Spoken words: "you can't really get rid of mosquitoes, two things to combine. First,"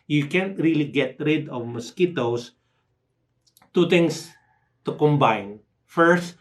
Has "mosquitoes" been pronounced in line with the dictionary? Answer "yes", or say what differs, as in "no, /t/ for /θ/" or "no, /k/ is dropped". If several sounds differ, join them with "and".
no, /s/ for /z/